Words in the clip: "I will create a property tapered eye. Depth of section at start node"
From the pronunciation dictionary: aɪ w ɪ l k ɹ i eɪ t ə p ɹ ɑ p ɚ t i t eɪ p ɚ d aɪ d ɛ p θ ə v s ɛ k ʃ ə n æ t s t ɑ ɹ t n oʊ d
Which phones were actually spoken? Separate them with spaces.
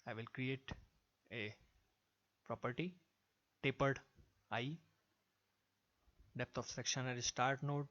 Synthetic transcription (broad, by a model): aɪ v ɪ l k ɹ i eɪ t ə p ɹ ɑ p ɚ t i t eɪ p ɚ d aɪ d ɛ p t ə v s ɛ k ʃ ə n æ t s t ɑ ɹ t n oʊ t